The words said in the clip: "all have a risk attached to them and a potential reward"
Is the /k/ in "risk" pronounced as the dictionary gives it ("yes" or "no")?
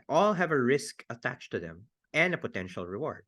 yes